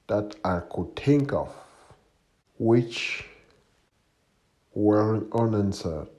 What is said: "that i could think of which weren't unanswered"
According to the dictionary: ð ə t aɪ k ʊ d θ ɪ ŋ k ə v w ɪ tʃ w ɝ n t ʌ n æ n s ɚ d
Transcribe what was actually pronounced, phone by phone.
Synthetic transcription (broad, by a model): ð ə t aɪ k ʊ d t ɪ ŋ k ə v w ɪ tʃ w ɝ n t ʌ n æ n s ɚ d